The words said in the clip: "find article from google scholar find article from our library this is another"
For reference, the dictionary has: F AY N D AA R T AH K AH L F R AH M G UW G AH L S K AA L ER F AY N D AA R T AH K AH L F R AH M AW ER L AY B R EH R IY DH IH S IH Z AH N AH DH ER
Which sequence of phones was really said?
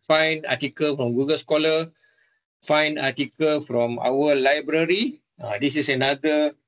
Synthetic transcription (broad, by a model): F AY N AA T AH K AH L F R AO M G UW G AH L S K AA L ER F AY N AA T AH K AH L F R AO M AW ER L AY B R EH R IY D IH S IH S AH N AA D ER